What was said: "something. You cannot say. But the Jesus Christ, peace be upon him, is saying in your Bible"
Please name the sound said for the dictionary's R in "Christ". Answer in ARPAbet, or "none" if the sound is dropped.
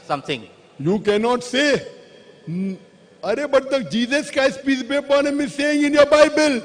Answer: none